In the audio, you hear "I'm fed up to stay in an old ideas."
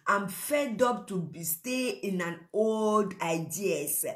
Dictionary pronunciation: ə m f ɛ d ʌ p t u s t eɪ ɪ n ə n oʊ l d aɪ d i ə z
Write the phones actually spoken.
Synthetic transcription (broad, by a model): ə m f ɛ d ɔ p t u s t eɪ ɪ n ə n oʊ l d aɪ d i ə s